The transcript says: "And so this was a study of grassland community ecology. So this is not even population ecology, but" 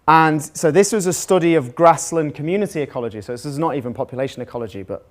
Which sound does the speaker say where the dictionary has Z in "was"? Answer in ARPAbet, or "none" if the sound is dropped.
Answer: Z